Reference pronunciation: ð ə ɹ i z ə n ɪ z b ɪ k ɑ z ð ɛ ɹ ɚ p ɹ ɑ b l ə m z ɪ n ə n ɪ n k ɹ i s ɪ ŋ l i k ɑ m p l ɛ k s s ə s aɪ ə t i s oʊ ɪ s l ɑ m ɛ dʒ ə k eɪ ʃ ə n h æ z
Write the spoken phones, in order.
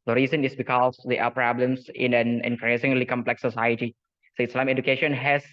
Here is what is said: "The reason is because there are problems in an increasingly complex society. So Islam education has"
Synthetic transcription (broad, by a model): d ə ɹ i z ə n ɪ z b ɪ k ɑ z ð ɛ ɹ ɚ p ɹ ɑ b l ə m s ɪ n ə n ɪ n k ɹ i s ɪ ŋ l i k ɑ m p l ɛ k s s ə s aɪ ə t i s oʊ ɪ s l ɑ m ɛ dʒ ə k eɪ ʃ ə n h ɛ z